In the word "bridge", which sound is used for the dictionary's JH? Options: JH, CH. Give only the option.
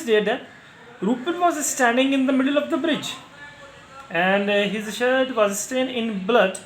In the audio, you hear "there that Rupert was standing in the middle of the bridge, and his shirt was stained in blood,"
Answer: JH